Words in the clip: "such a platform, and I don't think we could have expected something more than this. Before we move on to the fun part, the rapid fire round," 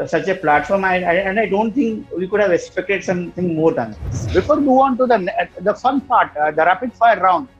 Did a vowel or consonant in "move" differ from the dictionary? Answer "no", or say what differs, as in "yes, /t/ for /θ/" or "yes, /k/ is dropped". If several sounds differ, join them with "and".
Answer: yes, /v/ is dropped